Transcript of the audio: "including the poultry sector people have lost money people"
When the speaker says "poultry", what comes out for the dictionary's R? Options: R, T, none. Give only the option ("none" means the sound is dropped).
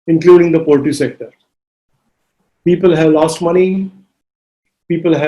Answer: none